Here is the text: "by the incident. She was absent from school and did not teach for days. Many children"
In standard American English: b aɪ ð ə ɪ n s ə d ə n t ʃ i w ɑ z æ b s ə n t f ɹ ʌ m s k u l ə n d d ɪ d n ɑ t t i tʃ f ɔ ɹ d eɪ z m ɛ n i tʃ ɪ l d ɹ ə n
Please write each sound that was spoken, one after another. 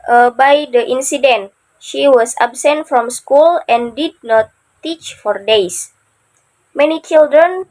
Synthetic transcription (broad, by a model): b aɪ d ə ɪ n s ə d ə n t ʃ i w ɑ s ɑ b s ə n t f ɹ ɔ m s k u l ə n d d ɪ d n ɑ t t i tʃ f ɔ ɹ d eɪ s m ɛ n i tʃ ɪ l d ɹ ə n